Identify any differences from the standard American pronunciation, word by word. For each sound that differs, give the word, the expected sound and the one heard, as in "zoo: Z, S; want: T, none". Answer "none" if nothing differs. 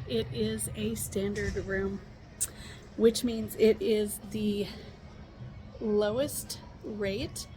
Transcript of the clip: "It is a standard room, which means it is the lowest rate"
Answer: none